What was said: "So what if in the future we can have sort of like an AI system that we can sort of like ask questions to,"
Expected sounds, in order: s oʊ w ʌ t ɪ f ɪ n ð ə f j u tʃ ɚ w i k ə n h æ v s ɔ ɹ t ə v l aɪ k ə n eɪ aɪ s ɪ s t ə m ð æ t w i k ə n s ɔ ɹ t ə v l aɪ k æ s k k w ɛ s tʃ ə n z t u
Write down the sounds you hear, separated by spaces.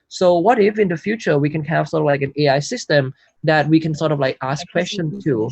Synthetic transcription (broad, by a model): s oʊ w ʌ t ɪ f ɪ n ð ə f j u tʃ ɚ w i k ə n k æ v s ɔ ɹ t ə v l aɪ k ə n eɪ aɪ s ɪ s t ə m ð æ t w i k ə n s ɔ ɹ t ə v l aɪ k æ s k k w ɛ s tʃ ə n t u